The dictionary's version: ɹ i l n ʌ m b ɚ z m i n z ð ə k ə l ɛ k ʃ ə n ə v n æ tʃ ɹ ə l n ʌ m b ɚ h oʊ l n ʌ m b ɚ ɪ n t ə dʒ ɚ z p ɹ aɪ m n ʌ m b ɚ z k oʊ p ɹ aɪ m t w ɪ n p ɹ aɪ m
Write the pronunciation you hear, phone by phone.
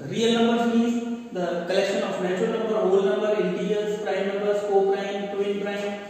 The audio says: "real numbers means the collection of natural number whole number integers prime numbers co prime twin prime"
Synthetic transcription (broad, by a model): ɹ i l n ʌ m b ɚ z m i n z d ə k ə l ɛ k ʃ ə n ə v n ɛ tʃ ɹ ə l n ʌ m b ɚ h oʊ l n ʌ m b ɚ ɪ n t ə ɚ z p ɹ aɪ m n ʌ m b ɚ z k oʊ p ɹ aɪ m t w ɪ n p ɹ aɪ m